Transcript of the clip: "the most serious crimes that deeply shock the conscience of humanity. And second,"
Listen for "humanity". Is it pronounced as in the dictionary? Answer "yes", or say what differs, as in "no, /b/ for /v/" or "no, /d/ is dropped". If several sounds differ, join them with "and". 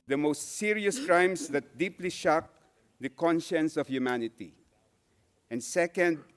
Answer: yes